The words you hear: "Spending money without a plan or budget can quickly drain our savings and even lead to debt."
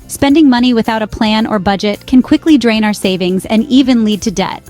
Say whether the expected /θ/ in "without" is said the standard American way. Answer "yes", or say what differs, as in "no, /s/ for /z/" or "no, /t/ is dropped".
yes